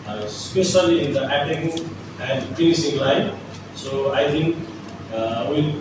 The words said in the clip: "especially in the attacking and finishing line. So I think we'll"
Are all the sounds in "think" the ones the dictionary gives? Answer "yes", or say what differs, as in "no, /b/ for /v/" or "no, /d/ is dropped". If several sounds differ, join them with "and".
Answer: no, /t/ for /θ/